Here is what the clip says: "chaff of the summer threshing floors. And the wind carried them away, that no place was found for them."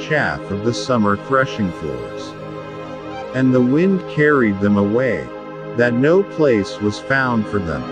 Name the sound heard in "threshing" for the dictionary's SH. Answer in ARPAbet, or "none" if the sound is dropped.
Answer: SH